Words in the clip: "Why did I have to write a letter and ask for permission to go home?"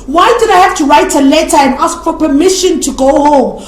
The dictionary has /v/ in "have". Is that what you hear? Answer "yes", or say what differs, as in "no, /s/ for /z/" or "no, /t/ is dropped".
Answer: no, /f/ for /v/